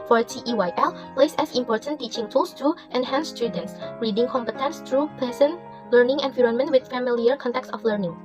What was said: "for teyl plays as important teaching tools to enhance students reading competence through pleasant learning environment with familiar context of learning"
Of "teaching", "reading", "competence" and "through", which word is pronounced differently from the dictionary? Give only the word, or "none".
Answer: through